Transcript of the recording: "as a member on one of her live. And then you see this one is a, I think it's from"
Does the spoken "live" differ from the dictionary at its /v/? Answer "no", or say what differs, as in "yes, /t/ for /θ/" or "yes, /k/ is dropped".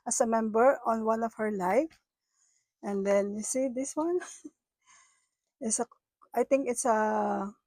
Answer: yes, /f/ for /v/